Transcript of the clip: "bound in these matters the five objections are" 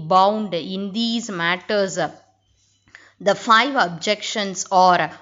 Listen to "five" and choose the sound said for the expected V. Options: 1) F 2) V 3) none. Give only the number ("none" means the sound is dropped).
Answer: 2